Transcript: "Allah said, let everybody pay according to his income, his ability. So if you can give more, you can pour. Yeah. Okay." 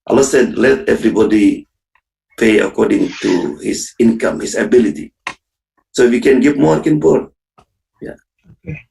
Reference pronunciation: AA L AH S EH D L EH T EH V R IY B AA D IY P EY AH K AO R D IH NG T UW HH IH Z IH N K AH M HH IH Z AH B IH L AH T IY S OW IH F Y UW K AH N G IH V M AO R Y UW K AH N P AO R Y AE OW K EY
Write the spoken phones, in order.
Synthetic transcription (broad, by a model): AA L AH S EH D L EH T EH V R IY B AA D IY P EY AH K AO R D IH NG T UW HH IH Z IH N K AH M HH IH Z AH B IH L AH T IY S OW IH F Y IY K AH N G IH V M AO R K AH N B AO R Y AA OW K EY